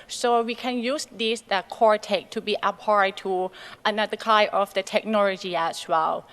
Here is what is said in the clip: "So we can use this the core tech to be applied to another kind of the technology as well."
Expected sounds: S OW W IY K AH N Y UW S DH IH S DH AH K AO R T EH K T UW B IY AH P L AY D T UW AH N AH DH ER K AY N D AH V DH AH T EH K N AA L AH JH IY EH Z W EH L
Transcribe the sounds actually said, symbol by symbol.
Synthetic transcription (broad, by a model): S OW W IY K AH N Y UW S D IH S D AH K AO R T EH K T UW B IY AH P AY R T UW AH N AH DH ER K AY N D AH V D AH T EH K N AA L AH JH IY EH S W EH L